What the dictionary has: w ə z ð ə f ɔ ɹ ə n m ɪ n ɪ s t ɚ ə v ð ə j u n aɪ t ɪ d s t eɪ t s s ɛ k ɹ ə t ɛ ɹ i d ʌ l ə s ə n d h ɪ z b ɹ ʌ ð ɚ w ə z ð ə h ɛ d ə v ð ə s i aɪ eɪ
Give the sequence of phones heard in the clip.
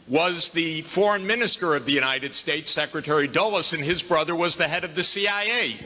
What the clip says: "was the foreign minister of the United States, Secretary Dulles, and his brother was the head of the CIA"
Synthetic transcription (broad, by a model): w ə z ð ə f ɔ ɹ ə n m ɪ n ɪ s t ɚ ə v ð ə j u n aɪ t ɪ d s t eɪ t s s ɛ k ɹ ə t ɛ ɹ i d ʌ l ə s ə n ɪ z b ɹ ʌ ð ɚ w ə z ð ə h ɛ d ə v ð ə s i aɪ eɪ